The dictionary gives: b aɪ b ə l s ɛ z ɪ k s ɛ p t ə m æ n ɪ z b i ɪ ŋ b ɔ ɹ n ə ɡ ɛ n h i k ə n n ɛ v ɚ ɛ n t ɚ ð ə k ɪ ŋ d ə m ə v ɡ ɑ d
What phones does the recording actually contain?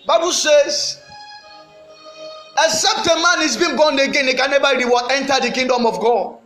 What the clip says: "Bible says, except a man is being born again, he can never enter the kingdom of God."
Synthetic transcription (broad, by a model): b aɪ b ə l s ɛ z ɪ s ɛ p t ə m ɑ n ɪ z b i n b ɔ n ə ɡ ɛ n h i k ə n n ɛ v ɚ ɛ n t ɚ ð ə k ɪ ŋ d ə m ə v ɡ ɑ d